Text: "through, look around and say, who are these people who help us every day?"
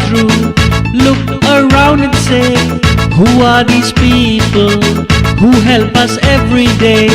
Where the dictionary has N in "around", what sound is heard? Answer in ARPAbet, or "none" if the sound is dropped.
N